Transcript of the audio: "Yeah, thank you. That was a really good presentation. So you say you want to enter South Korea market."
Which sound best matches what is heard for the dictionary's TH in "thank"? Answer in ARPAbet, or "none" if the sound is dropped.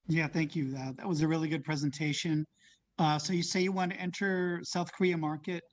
TH